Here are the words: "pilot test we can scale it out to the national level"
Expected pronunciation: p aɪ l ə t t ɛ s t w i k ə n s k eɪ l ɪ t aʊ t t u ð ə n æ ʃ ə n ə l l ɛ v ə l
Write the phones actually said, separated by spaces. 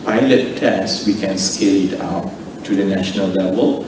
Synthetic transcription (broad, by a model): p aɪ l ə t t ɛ s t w i k ə n s k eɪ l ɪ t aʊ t t u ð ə n æ ʃ ə n ə l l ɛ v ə l